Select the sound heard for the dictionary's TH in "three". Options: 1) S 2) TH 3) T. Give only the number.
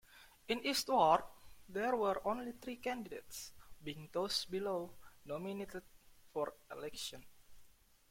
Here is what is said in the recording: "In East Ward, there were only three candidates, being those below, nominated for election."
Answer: 3